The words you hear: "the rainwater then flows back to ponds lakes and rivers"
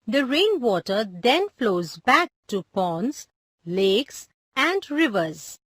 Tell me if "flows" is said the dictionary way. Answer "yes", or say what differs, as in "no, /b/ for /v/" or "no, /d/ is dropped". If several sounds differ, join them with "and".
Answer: yes